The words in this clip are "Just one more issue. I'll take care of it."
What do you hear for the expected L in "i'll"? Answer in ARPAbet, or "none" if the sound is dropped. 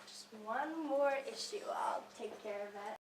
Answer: L